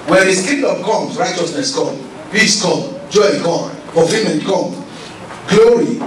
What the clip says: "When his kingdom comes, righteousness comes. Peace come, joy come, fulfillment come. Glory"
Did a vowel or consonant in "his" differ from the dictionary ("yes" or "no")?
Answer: yes